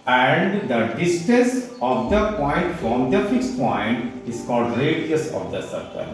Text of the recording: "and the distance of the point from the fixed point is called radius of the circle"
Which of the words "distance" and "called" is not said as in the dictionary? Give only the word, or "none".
distance